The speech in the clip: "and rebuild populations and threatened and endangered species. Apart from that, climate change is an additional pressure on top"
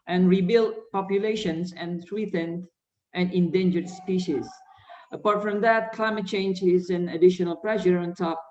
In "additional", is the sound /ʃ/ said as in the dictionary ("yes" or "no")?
yes